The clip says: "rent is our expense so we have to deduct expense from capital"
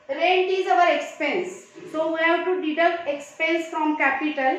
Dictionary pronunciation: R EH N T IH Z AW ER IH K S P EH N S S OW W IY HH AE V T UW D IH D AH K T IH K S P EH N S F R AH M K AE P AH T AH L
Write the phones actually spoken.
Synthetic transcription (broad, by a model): R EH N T IH Z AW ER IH K S P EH N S S OW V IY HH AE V T UW D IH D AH T IH K S P EH N S F R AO M K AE P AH T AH L